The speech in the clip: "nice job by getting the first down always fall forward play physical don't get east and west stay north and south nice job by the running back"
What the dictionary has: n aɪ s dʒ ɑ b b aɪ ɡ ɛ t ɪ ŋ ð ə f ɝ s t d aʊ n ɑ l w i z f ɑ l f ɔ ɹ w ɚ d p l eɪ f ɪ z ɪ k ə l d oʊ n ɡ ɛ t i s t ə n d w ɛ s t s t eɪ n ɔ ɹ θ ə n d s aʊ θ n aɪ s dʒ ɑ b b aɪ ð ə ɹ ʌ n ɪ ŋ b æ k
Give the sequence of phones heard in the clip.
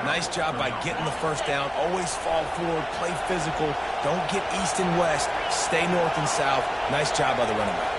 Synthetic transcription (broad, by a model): n aɪ s dʒ ɑ b b aɪ ɡ ɛ t ɪ ŋ ð ə f ɝ s t aʊ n ɑ l w i z f ɑ l f ɔ ɹ w ɚ d p l eɪ f ɪ z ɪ k l d oʊ n ɡ ɛ t i s t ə n w ɛ s t s t eɪ n ɔ ɹ θ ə n s aʊ θ n aɪ s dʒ ɑ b b aɪ ð ə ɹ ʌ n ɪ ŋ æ